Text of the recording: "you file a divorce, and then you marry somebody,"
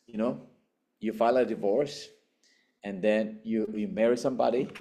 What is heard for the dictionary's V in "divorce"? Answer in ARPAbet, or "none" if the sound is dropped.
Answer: V